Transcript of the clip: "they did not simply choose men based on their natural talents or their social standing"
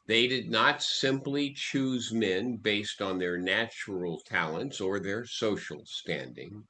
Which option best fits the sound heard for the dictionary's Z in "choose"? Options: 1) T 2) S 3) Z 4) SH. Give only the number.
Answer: 3